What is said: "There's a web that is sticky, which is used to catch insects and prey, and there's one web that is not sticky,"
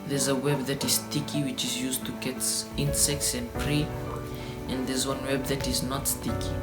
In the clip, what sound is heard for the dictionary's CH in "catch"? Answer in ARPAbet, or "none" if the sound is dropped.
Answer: S